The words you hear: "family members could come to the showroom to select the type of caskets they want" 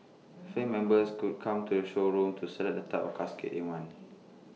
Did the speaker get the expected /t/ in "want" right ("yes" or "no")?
no